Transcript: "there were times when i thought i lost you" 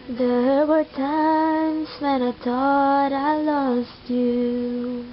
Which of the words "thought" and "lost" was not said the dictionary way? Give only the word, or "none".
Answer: thought